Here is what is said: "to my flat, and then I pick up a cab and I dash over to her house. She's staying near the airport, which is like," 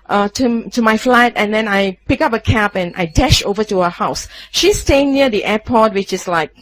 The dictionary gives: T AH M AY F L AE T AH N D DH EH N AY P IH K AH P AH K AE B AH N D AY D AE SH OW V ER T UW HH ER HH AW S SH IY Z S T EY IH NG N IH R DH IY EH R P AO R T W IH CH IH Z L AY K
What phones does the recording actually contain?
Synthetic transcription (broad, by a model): T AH M AY F L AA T AH N D EH N AY P IH K AH P AH K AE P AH N AY D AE SH OW V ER T UW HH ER HH AW S SH IY S T EY IH NG N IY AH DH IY EH P AO T W IH CH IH S L AY K